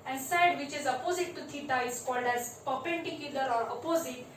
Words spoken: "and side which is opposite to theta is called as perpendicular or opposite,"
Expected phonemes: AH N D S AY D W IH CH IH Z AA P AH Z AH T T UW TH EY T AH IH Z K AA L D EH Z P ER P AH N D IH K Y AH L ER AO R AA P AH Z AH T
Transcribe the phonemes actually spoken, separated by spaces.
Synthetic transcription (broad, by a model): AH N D S AY D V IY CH IH Z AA P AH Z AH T T UW T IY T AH IH Z K AA L D EH Z P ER P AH N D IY K Y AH L ER AO R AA P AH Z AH T